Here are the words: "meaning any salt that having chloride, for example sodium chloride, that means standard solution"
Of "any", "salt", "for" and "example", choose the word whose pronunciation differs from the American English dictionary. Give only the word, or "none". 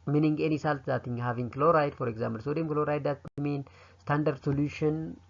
example